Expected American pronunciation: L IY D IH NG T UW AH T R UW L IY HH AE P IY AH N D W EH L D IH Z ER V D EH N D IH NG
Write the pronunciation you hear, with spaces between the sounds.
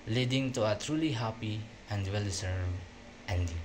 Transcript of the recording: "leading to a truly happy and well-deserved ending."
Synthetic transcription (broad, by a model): L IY D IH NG T UW AH T R UW L IY HH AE P IY AH N D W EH L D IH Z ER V EH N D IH